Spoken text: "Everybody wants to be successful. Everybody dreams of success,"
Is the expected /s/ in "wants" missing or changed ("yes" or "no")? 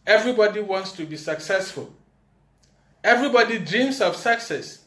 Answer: no